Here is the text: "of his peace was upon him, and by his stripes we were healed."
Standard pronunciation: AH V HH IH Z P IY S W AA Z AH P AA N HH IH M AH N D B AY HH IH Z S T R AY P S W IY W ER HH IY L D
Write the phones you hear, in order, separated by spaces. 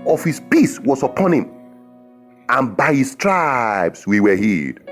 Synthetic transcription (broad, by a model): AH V HH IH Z P IY S W AA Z AH P AA N HH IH M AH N B AY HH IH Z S T R AY B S W IY W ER HH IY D